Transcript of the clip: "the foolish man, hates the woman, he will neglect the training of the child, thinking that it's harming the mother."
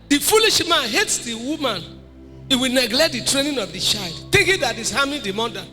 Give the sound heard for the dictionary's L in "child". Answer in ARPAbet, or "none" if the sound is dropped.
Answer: L